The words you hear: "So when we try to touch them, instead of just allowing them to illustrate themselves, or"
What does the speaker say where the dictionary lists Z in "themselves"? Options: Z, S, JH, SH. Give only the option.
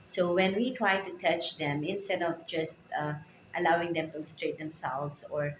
S